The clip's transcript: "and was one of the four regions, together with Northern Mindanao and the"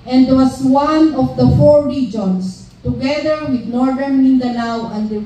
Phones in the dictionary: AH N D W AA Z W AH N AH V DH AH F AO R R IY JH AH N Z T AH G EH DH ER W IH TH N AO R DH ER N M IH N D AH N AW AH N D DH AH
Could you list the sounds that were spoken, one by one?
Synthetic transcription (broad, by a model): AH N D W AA S W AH N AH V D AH F AO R R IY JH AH N S T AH G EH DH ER W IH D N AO R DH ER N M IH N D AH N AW AH N D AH